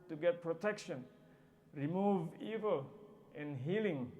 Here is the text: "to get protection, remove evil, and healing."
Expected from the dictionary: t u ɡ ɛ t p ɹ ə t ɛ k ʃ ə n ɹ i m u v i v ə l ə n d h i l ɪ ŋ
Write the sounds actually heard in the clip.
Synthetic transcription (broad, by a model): t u ɡ ɛ t p ɹ ə t ɛ k ʃ ə n ɹ i m u v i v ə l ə n h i l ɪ ŋ